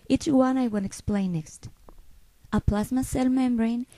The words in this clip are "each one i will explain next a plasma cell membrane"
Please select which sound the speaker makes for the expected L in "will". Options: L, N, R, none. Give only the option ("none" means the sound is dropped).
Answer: N